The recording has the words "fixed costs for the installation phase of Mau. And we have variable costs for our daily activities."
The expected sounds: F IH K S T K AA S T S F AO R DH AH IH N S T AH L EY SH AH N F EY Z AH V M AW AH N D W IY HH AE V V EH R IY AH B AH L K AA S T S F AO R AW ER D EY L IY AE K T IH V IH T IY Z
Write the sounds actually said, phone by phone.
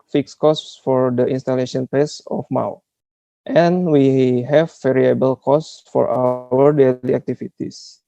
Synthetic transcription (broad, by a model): F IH K S K AA S T S F AO R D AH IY N S T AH L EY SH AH N P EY S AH F M AW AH N W IY HH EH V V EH R IY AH B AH L K AA S T S F AO R AW ER D EY L IY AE K T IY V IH T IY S